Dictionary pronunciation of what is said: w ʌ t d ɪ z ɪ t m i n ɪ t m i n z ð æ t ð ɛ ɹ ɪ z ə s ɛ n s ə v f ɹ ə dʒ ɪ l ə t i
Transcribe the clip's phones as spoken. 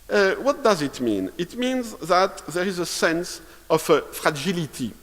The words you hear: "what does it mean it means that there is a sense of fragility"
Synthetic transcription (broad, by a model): w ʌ t d ɪ z ɪ t m i n ɪ t m i n z ð æ t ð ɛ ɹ ɪ z ə s ɛ n s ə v f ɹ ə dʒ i l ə t i